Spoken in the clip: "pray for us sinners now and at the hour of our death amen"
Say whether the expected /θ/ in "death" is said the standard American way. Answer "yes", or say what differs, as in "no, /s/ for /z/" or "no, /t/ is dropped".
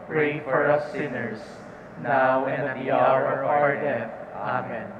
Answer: no, /f/ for /θ/